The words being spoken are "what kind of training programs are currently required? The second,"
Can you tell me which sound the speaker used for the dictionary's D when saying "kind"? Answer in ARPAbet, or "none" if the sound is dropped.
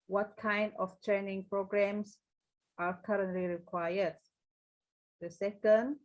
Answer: D